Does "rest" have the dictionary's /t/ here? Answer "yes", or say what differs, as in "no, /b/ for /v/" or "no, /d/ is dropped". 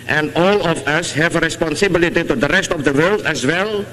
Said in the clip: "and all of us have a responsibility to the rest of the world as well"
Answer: yes